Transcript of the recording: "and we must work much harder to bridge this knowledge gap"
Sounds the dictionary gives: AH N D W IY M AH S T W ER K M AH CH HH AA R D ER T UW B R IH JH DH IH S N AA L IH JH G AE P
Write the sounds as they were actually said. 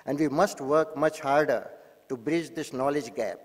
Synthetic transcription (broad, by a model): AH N D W IY M AH S T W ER K M AH CH HH AA R D ER T UW B R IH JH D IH S N AA L IH JH G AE P